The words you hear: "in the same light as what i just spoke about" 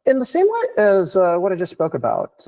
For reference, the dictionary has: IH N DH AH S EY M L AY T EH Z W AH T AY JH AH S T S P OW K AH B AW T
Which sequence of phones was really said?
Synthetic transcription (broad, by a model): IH N DH AH S EY M W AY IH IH Z W AH T AY JH AH S T S P OW K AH B AW T